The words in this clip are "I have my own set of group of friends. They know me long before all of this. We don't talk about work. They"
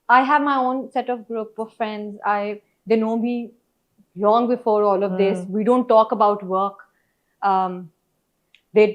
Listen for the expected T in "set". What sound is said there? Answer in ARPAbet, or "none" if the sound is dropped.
T